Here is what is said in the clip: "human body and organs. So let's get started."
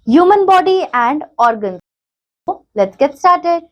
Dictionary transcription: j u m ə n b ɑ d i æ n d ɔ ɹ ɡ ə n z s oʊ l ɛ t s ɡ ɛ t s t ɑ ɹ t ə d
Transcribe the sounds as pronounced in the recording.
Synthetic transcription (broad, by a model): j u m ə n b ɑ d i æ n d ɔ ɹ ɡ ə n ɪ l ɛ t ɡ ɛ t s t ɑ ɹ t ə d